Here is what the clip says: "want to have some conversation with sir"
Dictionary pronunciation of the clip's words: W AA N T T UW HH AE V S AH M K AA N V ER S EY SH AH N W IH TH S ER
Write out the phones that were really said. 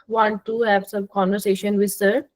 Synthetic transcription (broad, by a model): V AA N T T UW HH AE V S AH M K AA N V ER S EY SH AH N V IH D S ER